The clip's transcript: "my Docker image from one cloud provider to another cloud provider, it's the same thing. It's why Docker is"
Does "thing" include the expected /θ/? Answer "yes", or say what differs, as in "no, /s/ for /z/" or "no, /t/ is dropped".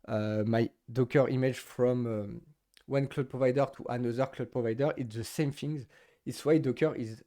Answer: no, /f/ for /θ/